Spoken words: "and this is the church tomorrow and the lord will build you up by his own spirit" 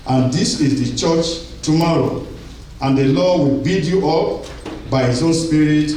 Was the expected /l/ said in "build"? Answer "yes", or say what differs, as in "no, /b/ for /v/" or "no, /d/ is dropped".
no, /l/ is dropped